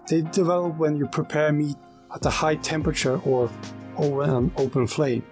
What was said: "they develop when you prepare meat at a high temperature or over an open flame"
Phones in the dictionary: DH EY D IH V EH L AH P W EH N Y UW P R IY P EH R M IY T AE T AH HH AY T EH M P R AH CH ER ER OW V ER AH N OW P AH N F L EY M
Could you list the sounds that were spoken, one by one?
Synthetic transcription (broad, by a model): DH EY D IH V EH L AH P W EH N Y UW P R IY P EH R M IY T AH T AH HH AY T EH M P R AH CH ER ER OW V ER AH N OW P AH N F L EY M